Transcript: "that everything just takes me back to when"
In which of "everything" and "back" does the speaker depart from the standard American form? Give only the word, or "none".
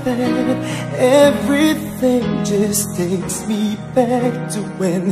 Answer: none